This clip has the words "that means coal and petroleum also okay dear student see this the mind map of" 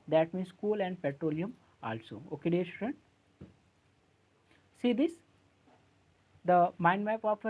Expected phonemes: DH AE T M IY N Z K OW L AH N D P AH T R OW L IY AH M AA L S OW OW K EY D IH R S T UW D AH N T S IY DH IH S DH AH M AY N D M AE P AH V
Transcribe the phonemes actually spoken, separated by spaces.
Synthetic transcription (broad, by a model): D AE T M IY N S K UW L AH N D P AH T R OW L IY AH M AA L S OW OW K EY D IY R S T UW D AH N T S IY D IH S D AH M AY N D M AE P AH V